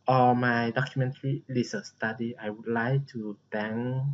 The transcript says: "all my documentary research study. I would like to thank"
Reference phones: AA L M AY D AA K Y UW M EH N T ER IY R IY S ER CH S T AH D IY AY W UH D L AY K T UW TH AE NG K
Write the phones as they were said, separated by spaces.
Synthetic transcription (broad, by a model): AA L M AY D AA K Y UW M EH N T ER IY L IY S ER S T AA D IY AY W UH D L AY K T UW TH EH NG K